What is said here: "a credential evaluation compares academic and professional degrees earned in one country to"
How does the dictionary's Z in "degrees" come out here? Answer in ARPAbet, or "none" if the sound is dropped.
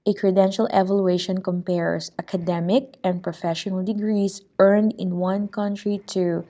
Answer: S